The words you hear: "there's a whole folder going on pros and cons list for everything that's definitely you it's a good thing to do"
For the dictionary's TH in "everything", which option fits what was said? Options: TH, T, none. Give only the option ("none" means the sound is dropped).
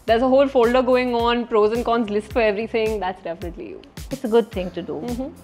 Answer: T